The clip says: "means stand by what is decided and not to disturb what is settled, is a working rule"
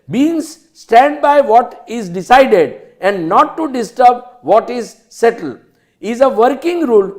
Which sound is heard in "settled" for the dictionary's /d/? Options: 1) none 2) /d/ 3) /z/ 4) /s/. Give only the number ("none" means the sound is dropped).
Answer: 1